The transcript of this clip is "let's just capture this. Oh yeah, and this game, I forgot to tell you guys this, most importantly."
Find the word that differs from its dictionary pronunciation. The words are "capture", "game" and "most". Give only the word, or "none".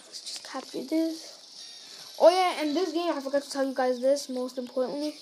capture